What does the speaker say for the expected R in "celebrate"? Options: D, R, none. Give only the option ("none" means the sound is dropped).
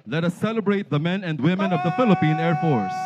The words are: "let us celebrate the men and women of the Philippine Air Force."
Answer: R